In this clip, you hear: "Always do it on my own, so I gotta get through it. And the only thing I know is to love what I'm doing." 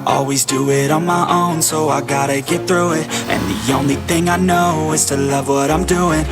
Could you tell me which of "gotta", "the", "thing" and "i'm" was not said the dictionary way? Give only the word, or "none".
none